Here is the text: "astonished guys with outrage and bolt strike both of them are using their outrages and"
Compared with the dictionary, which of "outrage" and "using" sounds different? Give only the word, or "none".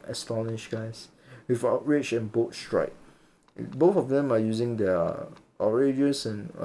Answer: outrage